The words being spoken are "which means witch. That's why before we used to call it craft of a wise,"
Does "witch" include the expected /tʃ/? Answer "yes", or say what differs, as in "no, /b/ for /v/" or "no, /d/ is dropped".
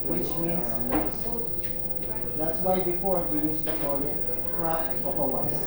no, /s/ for /tʃ/